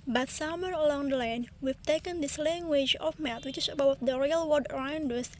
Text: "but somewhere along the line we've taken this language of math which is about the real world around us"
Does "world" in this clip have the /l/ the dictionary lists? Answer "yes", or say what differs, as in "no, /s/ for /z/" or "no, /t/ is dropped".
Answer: no, /l/ is dropped